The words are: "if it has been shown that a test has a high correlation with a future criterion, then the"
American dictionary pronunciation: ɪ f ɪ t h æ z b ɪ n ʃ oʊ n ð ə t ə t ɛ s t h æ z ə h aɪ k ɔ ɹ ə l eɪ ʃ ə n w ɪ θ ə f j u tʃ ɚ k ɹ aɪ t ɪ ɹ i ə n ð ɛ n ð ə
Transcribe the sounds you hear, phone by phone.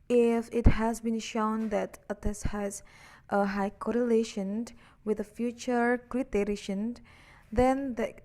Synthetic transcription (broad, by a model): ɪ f ɪ t h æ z b ɪ n ʃ oʊ n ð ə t ə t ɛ s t h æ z ə h aɪ k ɔ ɹ ə l eɪ ʃ ə n w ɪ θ ə f j u tʃ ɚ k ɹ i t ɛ ɹ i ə n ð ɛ n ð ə